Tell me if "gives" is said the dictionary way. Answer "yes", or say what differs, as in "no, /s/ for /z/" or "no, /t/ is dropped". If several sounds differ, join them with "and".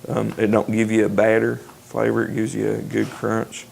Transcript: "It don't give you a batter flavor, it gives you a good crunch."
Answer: yes